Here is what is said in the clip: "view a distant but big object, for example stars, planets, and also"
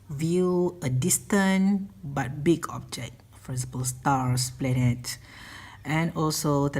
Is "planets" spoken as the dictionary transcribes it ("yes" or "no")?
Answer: no